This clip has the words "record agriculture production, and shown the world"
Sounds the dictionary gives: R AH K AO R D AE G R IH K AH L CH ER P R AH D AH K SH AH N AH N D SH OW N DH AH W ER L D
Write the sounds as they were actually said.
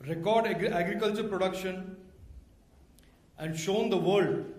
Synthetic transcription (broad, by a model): R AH K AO R D AE G R IH K AH L CH ER P R AH D AH K SH AH N AH N D SH OW N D AH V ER L D